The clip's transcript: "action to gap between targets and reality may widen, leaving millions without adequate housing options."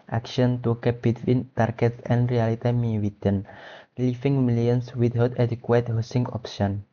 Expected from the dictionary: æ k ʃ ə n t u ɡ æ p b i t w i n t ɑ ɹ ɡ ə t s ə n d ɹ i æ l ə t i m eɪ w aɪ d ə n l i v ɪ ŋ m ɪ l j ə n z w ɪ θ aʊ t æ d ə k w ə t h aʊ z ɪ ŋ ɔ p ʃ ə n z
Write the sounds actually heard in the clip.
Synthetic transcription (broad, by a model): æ k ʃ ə n t u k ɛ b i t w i n t ɑ ɹ ɡ ə t s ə n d ɹ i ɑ l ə t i m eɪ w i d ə n l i f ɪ ŋ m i l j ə n s w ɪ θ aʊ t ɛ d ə k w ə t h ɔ s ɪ ŋ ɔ p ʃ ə n